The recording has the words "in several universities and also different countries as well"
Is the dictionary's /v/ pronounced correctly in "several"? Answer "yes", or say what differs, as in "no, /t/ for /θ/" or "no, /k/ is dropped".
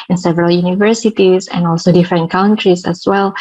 yes